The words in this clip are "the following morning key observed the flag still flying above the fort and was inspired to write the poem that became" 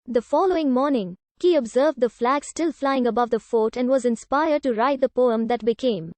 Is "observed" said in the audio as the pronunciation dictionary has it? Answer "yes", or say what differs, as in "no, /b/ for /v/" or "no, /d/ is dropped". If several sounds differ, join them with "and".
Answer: yes